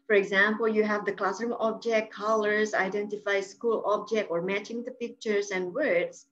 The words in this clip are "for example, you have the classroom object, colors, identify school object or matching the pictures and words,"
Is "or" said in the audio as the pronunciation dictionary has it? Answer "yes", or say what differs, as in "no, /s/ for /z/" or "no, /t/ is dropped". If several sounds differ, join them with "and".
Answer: yes